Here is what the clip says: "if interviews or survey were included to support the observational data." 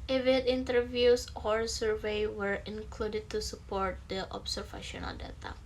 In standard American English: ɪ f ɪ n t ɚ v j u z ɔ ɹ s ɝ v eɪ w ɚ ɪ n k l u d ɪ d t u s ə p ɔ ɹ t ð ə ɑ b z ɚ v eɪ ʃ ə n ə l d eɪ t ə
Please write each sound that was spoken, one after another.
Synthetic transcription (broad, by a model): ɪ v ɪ n t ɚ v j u s ɔ ɹ s ɝ v eɪ w ɚ ɪ n k l u d ɪ d t u s ə p ɔ ɹ t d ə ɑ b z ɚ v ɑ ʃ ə n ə l d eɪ t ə